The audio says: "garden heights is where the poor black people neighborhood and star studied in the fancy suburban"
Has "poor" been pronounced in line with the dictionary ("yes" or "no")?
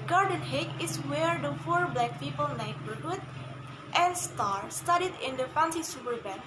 no